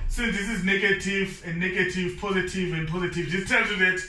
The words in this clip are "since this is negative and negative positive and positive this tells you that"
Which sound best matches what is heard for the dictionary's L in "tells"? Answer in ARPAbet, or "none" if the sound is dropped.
none